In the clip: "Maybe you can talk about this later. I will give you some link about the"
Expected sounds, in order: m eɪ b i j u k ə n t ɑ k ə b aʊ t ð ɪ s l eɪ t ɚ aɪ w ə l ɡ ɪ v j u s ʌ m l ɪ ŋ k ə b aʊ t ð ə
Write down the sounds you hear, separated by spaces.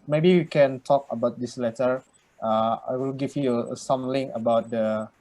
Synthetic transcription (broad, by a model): m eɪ b i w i k ə n t ɑ k ə b aʊ t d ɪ s l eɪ t ɚ aɪ w ə l ɡ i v j u s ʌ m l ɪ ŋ ə b aʊ t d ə